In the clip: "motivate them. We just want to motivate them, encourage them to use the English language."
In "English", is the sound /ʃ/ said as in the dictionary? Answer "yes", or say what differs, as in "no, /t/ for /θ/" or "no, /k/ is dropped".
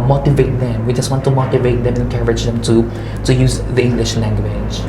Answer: yes